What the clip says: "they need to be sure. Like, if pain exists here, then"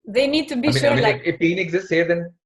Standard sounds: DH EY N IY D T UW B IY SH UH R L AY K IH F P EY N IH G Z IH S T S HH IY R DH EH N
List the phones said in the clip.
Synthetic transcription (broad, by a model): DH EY N IY D T UW B IY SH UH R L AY IH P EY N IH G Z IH S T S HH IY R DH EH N